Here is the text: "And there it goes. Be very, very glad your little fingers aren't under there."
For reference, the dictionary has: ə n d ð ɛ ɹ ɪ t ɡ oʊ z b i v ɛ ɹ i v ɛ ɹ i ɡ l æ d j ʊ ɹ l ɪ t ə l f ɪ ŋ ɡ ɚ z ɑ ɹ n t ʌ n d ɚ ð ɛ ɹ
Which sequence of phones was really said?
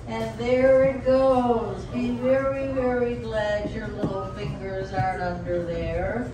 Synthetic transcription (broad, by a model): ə n ð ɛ ɹ ɪ t ɡ oʊ z b i v ɛ ɹ i v ɛ ɹ i ɡ l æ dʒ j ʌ ɹ l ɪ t l f ɪ ŋ ɡ ɚ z ɑ ɹ t ʌ n d ɚ ð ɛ ɹ